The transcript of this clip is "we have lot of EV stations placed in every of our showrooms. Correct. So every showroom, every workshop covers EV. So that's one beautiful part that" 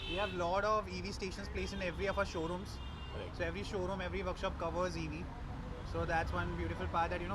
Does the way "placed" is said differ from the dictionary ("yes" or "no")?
yes